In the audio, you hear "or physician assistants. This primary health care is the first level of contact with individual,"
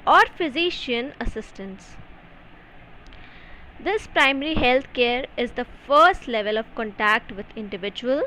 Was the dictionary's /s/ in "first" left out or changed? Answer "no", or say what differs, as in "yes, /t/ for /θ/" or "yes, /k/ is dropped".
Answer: no